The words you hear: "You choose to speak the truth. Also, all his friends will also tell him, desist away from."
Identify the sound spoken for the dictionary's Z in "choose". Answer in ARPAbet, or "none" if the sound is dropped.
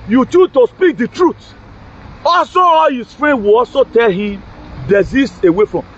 none